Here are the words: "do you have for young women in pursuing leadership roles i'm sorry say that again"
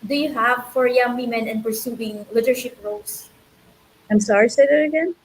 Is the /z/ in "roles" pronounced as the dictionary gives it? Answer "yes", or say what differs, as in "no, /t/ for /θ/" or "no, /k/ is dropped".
no, /s/ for /z/